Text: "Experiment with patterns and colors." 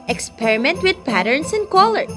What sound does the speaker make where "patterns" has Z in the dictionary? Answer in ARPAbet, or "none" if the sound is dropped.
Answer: S